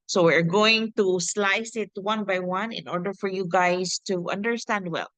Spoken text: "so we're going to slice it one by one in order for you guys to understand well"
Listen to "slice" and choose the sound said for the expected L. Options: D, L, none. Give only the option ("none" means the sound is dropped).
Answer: L